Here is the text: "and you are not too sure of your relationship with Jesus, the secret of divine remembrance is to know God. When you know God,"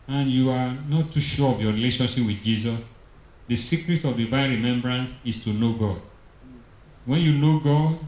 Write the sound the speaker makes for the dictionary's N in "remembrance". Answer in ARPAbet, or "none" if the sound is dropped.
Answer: N